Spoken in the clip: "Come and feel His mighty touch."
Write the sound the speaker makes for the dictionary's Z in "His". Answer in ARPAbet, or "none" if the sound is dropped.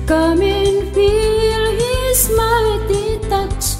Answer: S